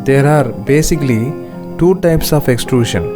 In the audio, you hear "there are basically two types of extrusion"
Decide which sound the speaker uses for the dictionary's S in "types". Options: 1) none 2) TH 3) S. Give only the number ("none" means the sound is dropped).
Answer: 3